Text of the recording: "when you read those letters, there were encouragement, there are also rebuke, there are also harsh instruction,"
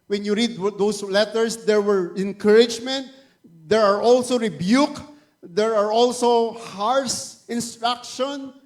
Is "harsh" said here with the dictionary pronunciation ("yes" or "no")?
no